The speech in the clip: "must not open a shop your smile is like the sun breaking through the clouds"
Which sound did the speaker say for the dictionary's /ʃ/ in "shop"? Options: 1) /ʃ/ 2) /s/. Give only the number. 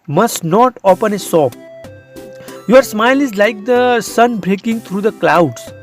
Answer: 2